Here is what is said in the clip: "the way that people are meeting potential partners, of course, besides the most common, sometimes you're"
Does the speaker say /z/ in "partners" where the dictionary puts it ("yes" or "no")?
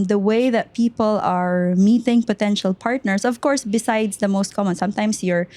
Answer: no